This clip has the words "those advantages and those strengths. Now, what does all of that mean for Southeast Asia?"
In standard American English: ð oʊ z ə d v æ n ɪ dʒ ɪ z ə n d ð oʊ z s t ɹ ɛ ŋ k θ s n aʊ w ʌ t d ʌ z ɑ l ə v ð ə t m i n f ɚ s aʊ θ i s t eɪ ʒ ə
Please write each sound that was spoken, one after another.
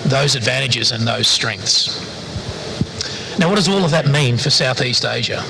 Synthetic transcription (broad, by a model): ð oʊ z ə d v æ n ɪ dʒ ɪ z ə n ð oʊ z s t ɹ ɛ ŋ k θ s n aʊ w ʌ t d ʌ z ɑ l ə v ð ə t m i n f ɚ s aʊ θ i s t eɪ ʒ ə